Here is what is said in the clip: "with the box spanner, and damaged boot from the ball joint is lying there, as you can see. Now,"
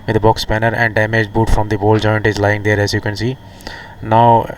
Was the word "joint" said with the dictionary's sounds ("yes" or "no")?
yes